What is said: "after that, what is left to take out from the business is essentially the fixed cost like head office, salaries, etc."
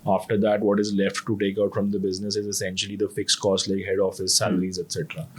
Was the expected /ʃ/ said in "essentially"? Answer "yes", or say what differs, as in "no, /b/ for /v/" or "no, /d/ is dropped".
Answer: yes